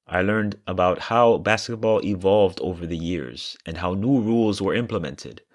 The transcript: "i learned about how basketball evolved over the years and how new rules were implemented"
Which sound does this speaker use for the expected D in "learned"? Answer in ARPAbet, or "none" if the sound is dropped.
D